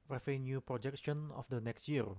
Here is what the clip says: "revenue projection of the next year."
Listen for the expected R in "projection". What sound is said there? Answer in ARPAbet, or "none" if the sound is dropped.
R